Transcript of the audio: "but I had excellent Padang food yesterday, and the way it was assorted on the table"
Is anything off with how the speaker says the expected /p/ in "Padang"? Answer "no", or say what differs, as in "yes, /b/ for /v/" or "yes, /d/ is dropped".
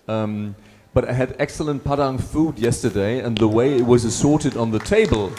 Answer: no